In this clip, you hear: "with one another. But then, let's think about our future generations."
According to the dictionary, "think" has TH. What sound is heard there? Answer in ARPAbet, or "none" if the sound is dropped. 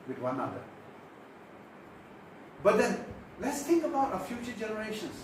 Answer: T